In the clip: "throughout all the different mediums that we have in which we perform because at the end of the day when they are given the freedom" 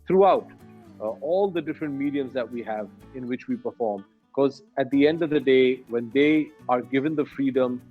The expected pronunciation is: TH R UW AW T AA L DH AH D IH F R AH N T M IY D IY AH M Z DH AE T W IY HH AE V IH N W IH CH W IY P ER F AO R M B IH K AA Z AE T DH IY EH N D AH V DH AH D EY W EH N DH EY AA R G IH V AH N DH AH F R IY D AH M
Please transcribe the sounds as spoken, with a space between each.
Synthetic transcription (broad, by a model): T R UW AW T AA L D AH D IH F R AH N T M IY D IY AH M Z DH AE T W IY HH AE V IH N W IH CH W IY P ER F AO R M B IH K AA Z AE T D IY EH N D AH V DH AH D EY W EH N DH EY AA R G IH V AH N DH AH F R IY D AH M